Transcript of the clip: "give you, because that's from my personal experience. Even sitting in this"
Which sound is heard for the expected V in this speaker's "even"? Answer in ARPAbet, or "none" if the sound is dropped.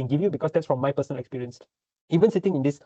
V